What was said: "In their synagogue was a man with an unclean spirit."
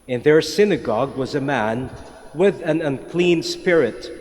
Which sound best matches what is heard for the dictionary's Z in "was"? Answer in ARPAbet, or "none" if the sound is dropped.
Z